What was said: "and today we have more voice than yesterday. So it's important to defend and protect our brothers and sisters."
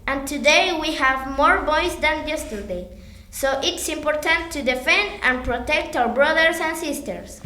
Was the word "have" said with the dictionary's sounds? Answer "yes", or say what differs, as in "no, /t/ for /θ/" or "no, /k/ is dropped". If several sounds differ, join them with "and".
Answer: yes